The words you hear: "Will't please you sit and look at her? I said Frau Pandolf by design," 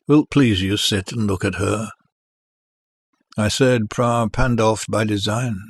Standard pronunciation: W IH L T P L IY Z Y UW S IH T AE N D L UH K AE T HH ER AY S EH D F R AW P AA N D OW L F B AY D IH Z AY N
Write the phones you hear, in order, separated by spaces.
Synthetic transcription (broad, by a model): W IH L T P L IY Z Y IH S IH T N L UH K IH T HH ER AY S EH D P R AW P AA N D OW F B AY D IH Z AY N